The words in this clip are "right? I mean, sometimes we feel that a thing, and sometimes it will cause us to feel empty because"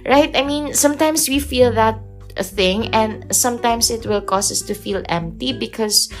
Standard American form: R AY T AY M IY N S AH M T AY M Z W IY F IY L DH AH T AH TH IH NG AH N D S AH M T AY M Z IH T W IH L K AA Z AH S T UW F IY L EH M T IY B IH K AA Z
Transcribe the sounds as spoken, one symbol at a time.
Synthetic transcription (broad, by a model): R AY T AY M IY N S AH M T AY M S W IY F IY L DH AH T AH TH IH NG AH N D S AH M T AY M S IH T W IH L K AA S AH S T UW F IY L EH M T IY B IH K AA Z